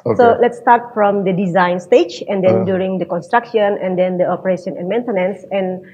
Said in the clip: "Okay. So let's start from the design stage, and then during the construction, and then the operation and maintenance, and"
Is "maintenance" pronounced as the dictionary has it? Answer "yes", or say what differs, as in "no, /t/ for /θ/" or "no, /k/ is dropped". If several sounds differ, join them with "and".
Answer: yes